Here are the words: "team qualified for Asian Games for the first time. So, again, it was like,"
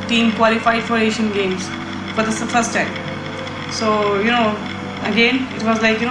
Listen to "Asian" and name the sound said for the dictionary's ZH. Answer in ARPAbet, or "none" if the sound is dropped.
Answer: SH